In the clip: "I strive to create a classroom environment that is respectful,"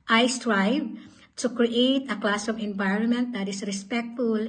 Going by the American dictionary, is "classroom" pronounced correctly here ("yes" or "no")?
no